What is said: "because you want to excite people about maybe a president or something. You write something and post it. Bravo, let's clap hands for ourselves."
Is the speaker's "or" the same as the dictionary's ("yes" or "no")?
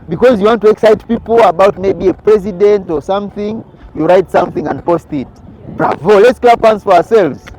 yes